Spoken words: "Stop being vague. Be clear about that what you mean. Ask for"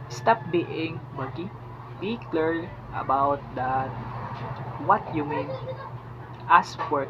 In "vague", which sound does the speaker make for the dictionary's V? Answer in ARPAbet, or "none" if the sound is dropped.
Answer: B